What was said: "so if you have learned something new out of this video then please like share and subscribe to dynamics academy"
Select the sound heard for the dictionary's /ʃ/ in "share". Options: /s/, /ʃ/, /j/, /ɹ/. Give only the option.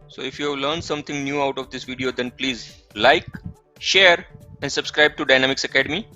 /ʃ/